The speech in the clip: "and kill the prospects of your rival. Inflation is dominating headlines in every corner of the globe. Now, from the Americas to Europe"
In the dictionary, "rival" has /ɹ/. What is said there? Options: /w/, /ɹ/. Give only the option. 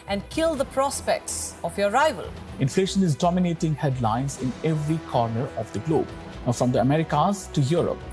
/ɹ/